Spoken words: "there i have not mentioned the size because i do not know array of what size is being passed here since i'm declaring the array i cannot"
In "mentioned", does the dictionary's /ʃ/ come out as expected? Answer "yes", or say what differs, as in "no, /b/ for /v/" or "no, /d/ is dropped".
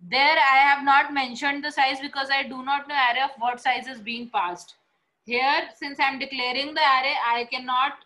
yes